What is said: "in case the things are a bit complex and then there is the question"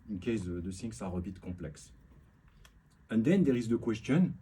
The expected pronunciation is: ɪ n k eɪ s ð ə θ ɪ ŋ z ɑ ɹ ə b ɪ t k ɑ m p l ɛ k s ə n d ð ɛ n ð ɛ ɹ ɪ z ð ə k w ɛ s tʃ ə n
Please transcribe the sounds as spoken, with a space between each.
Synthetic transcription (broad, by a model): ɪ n k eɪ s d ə s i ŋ s ɑ ɹ ə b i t k ɑ p l ɛ k s ə n d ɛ n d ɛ ɹ ɪ z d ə k w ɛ s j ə n